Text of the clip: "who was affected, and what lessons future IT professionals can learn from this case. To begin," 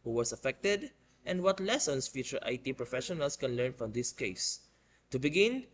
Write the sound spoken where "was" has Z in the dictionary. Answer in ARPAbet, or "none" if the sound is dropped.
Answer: S